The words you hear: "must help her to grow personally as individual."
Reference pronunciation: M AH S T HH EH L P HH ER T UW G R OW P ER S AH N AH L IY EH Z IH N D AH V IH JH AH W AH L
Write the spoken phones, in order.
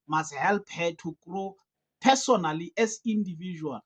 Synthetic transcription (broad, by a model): M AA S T HH EH L P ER T UW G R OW P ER S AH N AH L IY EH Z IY N D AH V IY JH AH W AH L